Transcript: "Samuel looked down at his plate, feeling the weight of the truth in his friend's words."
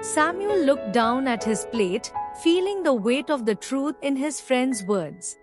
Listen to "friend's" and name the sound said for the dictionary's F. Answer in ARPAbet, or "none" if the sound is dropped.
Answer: F